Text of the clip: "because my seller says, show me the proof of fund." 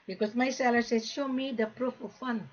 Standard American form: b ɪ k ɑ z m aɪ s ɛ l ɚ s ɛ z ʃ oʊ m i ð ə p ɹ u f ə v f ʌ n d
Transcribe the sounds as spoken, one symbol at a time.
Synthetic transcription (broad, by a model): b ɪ k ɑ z m aɪ s ɛ l ɚ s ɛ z ʃ oʊ m i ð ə p ɹ u f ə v f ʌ n